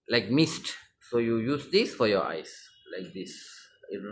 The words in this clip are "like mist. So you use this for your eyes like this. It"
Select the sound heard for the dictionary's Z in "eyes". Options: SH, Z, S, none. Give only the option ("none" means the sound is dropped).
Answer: S